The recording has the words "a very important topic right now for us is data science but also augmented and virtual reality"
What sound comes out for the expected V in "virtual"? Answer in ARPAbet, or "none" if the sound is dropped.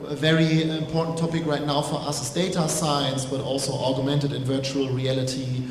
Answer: V